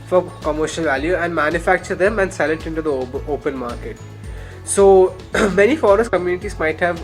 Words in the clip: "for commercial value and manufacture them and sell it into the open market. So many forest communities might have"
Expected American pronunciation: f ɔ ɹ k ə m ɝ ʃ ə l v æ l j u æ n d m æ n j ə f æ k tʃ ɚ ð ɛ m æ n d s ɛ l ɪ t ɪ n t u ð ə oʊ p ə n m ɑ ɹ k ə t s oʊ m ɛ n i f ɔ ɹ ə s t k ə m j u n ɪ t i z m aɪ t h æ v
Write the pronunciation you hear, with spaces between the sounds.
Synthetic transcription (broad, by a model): f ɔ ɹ k ə m ɝ ʃ ə l v æ l j u æ n d m æ n j ə f æ k tʃ ɚ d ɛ m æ n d s ɛ l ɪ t ɪ n t u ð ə oʊ p ə n m ɑ ɹ k ə t s oʊ m ɛ n i f ɔ ɹ ə s t k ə m j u n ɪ t i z m aɪ t h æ v